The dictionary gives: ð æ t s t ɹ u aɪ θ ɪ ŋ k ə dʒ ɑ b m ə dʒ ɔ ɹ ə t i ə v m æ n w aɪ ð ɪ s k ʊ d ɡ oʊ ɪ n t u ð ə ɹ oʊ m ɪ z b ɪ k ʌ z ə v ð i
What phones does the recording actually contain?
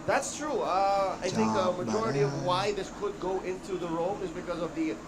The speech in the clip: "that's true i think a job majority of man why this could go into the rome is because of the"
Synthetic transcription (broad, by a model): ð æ t s t ɹ u aɪ θ ɪ ŋ k ə m ə dʒ ɔ ɹ ə t i ə v w aɪ ð ɪ s k ʊ d ɡ oʊ ɪ n t u ð ə ɹ oʊ m ɪ z b ɪ k ʌ z ə v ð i